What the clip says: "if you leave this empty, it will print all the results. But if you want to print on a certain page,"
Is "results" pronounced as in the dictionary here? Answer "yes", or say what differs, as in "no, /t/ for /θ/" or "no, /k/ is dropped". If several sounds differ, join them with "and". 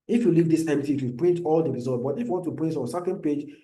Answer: no, /s/ is dropped